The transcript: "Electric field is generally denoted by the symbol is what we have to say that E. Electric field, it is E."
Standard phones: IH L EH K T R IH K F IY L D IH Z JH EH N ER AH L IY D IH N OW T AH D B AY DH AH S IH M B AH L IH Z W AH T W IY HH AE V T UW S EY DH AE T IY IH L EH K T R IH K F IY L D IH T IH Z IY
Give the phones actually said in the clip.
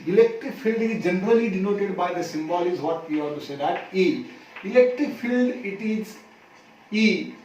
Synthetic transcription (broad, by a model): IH L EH K T R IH K F IY L D IH Z JH EH N ER AH L IY D IH N OW T AH D B AY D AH S IH M B AH L IH Z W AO T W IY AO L T UW S EY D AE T IY IH L EH K T R IH K F IY L D IH T IH Z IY